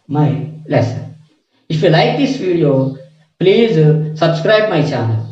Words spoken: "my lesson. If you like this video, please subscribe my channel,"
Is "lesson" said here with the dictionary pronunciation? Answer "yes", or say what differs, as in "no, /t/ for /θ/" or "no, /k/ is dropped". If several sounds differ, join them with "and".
no, /n/ is dropped